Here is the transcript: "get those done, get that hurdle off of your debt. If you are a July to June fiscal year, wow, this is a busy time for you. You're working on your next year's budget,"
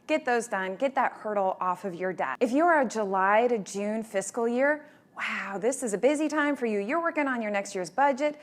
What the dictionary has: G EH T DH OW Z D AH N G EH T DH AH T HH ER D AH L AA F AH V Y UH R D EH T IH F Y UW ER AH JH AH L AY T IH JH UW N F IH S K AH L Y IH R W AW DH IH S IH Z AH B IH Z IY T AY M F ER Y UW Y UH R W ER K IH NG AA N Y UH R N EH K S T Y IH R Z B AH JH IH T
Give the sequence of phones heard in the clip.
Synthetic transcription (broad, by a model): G EH T DH OW Z D AH N G EH T DH AH T HH ER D L AA F AH V Y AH R D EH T IH F Y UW ER JH AH L AY T IH JH UW N F IH S K L Y IH R W AW DH IH S IH Z AH B IH Z IY T AY M F ER Y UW Y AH R W ER K IH NG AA N Y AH R N EH K S T Y IH R Z B AH JH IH T